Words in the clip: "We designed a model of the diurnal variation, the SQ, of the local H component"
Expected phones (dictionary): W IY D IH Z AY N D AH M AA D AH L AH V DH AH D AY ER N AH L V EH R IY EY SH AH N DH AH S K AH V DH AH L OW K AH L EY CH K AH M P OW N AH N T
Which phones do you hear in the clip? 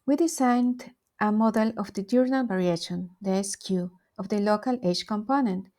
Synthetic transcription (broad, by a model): W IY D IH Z AY N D AH M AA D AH L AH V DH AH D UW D N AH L B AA R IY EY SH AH N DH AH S K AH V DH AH L OW K AH L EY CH K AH M P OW N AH N T